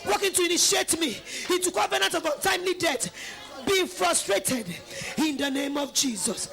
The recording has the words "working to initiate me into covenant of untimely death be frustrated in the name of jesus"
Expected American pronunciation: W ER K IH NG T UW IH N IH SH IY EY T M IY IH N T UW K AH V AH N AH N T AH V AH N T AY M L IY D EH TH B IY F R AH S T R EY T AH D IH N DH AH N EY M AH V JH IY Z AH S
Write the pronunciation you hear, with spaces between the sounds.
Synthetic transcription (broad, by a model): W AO K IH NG T UW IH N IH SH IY EY T M IY IH N T UW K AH V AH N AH N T AH V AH T AY M L IY D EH T B IY F R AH S T R EY T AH D IH N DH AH N EY M AH V JH IY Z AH S